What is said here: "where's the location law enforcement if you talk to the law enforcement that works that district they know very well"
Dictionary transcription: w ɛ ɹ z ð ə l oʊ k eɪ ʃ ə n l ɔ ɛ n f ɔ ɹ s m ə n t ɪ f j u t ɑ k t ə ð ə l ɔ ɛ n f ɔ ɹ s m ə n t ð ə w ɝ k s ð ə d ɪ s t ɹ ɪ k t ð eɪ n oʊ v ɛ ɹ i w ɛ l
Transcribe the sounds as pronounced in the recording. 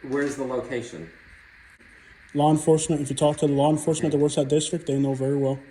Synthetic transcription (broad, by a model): w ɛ ɹ z ð ə l oʊ k eɪ ʃ ə n l ɔ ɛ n f ɔ ɹ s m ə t ɪ f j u t ɑ k t ə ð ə l ɔ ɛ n f ɔ ɹ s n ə t ð ə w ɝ s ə d ɪ s t ɹ ɪ k t ð eɪ n oʊ v ɛ ɹ i w ɛ l